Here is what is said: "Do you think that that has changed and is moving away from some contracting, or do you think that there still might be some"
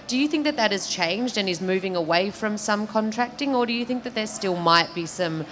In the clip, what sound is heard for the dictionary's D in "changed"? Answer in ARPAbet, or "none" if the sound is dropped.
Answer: D